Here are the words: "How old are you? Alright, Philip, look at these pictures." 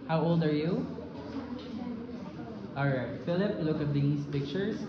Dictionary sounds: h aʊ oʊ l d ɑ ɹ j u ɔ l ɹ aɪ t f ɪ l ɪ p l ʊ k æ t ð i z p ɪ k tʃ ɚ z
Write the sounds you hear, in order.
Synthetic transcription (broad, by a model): h aʊ oʊ l d ɑ ɹ j u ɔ ɹ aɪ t f ɪ l ɪ p l ʊ k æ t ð i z p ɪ k tʃ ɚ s